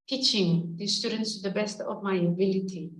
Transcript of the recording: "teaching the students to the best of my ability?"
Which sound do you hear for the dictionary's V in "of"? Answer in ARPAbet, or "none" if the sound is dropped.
P